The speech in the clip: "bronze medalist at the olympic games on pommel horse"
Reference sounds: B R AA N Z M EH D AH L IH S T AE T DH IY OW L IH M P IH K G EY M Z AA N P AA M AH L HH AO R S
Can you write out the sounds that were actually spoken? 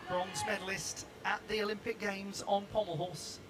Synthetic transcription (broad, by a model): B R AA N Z M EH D L IH S T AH T DH IY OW L IH M P IH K G EY M Z N P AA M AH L HH AO S